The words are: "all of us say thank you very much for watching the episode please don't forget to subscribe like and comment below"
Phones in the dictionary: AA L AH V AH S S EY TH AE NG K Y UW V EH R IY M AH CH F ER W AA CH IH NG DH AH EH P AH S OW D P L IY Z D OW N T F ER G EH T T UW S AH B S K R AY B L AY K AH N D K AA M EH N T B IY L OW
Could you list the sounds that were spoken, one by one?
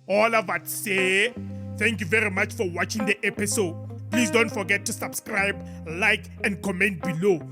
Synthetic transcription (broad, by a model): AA L AH V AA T S EY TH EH NG K Y UW V EH R IY M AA CH F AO W AA CH IH NG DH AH EH P AH S OW D P L IY S D OW N T F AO G EH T T UW S AH B S K R AY B L AY K AH N D K AA M EH N T B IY L OW